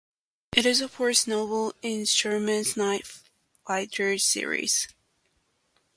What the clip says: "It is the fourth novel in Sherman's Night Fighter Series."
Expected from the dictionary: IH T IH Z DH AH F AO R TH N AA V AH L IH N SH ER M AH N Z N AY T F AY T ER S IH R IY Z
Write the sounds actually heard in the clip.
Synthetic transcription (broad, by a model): IH T IH Z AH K AO R S N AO AH L IH N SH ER M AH N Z N AY T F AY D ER S IH R IY Z